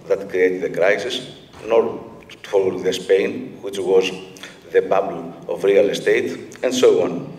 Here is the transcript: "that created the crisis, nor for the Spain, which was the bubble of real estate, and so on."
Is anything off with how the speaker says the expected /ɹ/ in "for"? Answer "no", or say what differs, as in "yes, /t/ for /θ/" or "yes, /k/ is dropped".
yes, /l/ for /ɹ/